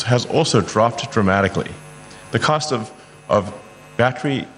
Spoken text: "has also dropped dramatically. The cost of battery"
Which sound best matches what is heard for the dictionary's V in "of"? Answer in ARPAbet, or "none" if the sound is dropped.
V